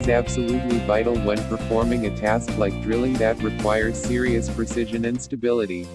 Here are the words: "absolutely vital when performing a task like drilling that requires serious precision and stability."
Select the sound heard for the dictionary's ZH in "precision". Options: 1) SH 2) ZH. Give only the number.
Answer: 2